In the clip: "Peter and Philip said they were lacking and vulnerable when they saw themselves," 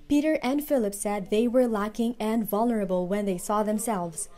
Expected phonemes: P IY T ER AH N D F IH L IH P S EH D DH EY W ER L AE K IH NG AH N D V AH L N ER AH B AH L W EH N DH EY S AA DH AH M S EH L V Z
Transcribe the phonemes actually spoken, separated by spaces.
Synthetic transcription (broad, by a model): P IY T ER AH N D F IH L IH P S EH D DH EY W ER L AE K IH NG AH N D V AH L N ER AH B AH L W EH N DH EY S AA DH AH M S EH L V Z